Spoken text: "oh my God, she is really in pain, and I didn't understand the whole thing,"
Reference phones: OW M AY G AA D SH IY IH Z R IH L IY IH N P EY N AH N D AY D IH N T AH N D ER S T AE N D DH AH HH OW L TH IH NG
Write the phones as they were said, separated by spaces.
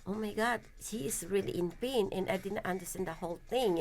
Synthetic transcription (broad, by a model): OW M AY G AA D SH IY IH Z R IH L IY IH N P EY N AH N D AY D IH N T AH N D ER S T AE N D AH HH OW L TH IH NG